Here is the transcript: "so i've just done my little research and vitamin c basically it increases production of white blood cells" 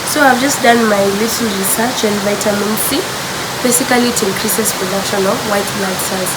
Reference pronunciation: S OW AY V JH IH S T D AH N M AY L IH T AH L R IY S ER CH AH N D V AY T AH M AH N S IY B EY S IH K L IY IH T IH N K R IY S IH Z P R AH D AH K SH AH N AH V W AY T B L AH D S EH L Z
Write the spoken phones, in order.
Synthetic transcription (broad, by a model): S OW AY V JH IH S T D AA N M AY L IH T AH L R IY S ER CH AH N D V AY T AH M AH N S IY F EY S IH K L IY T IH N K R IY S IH S P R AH D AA K SH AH N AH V W AY T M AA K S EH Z